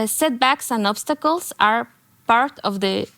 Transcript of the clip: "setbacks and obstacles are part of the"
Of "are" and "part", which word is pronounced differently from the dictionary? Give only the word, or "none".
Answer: none